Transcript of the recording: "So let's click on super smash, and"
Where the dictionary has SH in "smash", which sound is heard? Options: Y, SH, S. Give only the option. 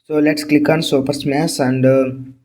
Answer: S